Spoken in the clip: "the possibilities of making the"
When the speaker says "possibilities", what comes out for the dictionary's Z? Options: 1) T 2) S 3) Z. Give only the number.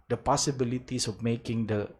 2